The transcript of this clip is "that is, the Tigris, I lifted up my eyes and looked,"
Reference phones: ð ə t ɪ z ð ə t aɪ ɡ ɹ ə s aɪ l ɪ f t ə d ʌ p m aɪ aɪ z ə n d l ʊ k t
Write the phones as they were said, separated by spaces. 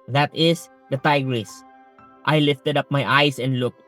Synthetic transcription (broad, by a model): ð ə t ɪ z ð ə t aɪ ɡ ɹ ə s aɪ l ɪ f t ə d ʌ p m aɪ aɪ s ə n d l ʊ k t